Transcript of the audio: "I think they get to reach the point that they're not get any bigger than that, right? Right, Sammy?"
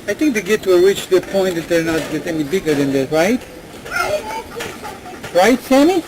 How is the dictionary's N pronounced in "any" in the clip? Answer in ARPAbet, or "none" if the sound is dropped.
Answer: L